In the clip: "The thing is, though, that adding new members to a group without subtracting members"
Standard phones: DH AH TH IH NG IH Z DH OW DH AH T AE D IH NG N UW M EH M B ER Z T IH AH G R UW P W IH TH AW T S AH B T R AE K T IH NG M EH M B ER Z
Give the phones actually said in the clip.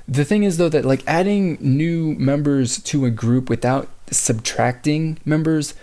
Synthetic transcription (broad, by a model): DH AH TH IH NG IH Z DH OW DH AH T AE D IH NG N UW M EH M B ER Z T IH AH G R UW P W IH TH AW T S AH B T R AE K T IH NG M EH M B ER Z